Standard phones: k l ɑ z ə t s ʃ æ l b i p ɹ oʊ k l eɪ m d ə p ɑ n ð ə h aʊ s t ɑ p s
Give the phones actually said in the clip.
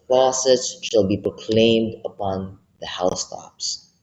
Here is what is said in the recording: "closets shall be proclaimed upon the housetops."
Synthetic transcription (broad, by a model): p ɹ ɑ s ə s ʃ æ l b i p ɹ oʊ k l eɪ m d ə p ɑ n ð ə h aʊ s t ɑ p s